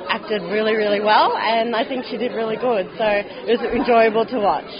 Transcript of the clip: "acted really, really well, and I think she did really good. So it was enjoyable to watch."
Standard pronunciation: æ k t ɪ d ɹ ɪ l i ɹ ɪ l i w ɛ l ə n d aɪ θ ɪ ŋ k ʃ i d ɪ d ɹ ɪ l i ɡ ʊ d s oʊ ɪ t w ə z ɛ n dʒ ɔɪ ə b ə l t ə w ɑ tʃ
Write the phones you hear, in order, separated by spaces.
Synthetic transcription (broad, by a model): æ k t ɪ d ɹ ɪ l i ɹ ɪ l i w ɛ l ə n aɪ θ ɪ ŋ k ʃ i d ɪ d ɹ ɪ l i ɡ ʊ d s oʊ ɪ t w ə z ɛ n dʒ ɔɪ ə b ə l t ə w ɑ tʃ